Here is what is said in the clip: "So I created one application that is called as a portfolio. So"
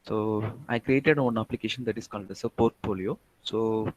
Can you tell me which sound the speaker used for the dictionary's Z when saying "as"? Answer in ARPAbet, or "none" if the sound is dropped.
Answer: S